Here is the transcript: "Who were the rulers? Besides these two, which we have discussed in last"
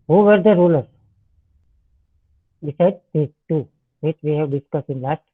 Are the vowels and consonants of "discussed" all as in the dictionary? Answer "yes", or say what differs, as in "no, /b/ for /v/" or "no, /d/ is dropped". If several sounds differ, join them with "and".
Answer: no, /t/ is dropped